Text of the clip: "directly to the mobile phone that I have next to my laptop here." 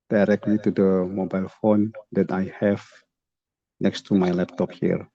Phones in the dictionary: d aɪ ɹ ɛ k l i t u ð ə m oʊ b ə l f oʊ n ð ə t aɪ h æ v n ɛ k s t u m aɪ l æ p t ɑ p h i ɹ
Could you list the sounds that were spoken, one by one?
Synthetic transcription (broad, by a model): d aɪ ɹ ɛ k l i t u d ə m oʊ b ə l f oʊ n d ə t aɪ h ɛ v n ɛ k s t u m aɪ l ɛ p t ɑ p h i ɹ